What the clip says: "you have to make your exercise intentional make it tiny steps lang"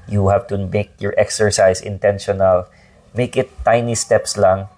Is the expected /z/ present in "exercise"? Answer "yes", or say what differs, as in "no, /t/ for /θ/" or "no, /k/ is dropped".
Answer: no, /s/ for /z/